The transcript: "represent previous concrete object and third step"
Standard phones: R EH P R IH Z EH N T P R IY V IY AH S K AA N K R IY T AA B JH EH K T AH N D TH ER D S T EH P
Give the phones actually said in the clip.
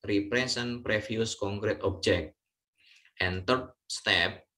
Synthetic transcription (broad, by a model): R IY P R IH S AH N P R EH F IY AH S K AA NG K R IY T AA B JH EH K T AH N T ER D S T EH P